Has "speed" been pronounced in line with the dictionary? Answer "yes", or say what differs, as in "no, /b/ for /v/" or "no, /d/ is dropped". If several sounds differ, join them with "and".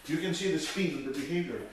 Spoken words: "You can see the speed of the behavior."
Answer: no, /f/ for /p/